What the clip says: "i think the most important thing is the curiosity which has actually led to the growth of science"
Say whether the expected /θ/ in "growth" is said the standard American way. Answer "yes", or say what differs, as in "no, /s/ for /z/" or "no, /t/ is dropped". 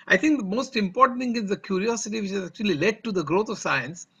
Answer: no, /t/ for /θ/